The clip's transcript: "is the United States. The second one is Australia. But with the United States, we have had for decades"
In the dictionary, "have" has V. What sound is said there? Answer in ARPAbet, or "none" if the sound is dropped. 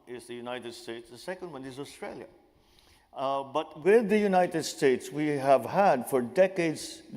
V